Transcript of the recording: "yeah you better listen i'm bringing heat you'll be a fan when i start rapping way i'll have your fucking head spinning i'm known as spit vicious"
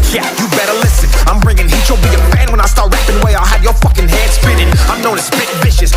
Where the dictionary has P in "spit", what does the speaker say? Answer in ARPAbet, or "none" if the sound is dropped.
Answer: B